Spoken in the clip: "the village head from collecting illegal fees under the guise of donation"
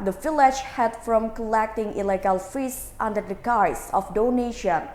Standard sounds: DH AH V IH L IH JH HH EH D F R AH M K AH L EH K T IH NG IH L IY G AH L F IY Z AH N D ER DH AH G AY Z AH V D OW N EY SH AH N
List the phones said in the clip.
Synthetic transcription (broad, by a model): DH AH F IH L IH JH HH EH D F R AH M K AH L EH K T IH NG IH L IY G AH L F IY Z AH N D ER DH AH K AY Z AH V D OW N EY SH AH N